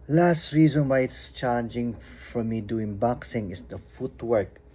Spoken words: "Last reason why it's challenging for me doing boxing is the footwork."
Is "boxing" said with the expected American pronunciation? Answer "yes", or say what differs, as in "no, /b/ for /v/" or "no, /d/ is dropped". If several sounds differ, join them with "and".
no, /θ/ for /s/